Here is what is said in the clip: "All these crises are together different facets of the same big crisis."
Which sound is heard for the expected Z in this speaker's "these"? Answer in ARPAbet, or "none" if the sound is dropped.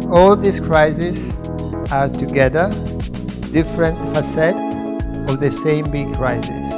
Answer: S